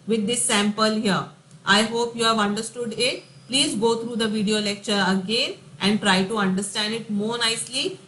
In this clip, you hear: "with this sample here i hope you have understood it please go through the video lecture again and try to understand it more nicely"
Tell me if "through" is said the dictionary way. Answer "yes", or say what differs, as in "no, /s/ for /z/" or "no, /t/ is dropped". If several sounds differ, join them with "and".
no, /t/ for /θ/